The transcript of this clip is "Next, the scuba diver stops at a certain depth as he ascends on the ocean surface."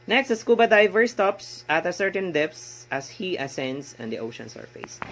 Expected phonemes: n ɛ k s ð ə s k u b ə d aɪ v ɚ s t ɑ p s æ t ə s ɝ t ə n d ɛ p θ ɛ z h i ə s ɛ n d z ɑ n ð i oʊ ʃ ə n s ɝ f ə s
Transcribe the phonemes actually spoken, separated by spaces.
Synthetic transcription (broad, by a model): n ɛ k s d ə s k u b ə d aɪ v ɚ s t ɑ p s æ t ə s ɝ t ə n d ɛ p s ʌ s h i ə s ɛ n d s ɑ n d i oʊ ʃ ə n s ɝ f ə s